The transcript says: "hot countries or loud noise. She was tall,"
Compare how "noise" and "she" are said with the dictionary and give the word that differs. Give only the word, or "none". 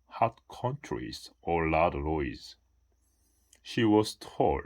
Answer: noise